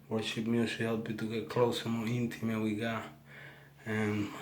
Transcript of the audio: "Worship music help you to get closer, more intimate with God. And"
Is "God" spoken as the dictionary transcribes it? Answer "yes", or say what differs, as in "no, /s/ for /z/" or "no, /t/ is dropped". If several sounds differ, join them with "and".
no, /d/ is dropped